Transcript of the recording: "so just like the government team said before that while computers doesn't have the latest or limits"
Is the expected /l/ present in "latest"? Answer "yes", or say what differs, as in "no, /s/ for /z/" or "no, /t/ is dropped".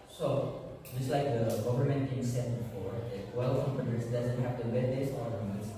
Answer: no, /w/ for /l/